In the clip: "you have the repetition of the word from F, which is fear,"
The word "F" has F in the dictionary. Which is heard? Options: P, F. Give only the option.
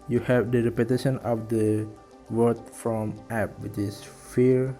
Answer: P